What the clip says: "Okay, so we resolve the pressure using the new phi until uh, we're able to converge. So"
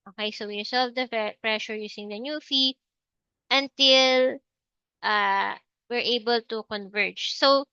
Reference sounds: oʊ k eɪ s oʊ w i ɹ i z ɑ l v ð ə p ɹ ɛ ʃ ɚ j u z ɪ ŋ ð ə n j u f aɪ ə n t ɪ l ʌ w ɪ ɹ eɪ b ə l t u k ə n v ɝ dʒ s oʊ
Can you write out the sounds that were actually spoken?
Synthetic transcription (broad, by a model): oʊ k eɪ s oʊ w i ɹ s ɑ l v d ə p ɹ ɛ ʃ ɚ j u s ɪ ŋ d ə n j u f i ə n t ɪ l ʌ w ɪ ɹ eɪ b ə l t u k ə n v ɝ dʒ s oʊ